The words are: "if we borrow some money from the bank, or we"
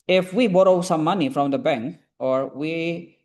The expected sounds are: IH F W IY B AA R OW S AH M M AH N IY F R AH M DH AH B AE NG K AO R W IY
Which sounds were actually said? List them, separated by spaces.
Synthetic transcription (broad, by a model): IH F W IY B AA R OW S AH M M AH N IY F R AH M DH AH B AE NG K AO R W IY